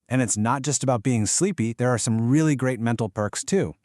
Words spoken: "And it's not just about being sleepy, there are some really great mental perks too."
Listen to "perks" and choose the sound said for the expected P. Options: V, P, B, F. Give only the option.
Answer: P